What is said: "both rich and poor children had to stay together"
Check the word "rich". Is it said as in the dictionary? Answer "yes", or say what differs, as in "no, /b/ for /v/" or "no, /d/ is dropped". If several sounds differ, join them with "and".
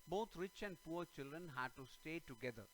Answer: yes